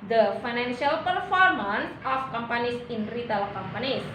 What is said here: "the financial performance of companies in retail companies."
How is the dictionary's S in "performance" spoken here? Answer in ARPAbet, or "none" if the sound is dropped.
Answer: S